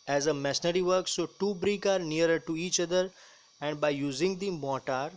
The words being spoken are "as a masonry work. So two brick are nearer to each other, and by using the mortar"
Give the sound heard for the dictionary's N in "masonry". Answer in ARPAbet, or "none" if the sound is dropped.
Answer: none